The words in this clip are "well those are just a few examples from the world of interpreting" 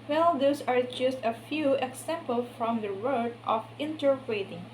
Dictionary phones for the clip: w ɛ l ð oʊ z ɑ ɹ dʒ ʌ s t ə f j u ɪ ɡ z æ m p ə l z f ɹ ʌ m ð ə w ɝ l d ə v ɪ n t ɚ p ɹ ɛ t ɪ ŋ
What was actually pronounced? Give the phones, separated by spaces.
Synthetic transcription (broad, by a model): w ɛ l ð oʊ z ɑ ɹ dʒ ʌ s t ə f j u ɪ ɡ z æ m p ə l f ɹ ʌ m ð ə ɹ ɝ d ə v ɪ n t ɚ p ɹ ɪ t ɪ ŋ